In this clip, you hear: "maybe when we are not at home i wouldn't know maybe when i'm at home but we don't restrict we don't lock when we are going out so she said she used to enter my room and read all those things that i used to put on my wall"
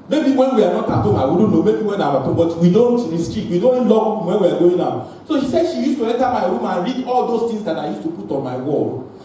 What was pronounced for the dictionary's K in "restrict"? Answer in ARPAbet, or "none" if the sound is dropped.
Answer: none